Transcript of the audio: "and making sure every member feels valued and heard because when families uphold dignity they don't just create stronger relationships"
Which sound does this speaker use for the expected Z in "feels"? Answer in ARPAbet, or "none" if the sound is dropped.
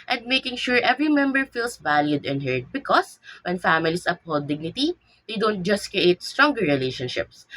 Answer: S